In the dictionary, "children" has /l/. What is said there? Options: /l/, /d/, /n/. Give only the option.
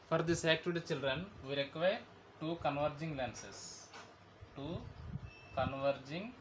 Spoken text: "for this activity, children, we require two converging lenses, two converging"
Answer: /l/